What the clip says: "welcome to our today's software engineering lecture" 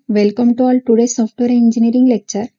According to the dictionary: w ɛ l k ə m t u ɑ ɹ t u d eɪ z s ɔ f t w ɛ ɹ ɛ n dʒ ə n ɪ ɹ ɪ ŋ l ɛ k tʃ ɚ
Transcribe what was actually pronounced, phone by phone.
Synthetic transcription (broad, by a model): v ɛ l k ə m t u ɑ l t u d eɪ s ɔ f t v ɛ ɹ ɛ n dʒ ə n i ɹ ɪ ŋ l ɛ k tʃ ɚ